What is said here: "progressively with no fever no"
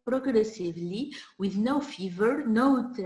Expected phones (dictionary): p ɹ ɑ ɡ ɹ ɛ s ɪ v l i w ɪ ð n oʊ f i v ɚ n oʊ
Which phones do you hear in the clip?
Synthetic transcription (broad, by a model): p ɹ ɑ ɡ ɹ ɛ s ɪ v l i w ɪ ð n oʊ f i v ɚ n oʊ